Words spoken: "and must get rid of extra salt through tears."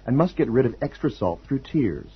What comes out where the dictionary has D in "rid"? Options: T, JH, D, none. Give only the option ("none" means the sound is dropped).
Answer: D